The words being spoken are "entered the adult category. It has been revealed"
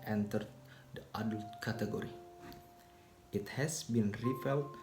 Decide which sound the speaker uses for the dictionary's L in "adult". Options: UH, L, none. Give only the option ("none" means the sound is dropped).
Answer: L